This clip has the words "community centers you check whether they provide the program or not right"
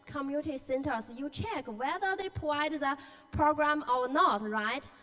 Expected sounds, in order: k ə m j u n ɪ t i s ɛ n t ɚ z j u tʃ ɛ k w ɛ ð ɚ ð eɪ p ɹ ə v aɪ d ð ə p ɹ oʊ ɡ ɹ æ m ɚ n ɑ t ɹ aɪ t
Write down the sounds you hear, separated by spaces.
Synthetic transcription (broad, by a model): k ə m j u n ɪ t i s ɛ n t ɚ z j u tʃ ɛ k w ɛ ð ɚ ð eɪ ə p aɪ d ð ə p ɹ oʊ ɡ ɹ æ m ɚ n ɑ t ɹ aɪ t